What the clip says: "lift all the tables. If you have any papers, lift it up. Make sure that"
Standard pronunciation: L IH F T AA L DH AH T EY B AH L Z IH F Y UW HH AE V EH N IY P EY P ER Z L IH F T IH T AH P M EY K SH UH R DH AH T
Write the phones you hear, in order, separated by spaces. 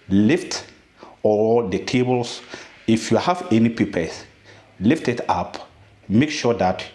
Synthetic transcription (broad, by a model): L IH F T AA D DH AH T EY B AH L S IH F Y UW HH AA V EH N IY P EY P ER S L IH F T IH T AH P M EY K SH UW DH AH T